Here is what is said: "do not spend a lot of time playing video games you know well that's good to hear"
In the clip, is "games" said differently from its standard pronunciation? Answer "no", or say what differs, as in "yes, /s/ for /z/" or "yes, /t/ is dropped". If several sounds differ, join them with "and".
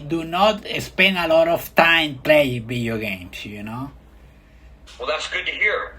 yes, /s/ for /z/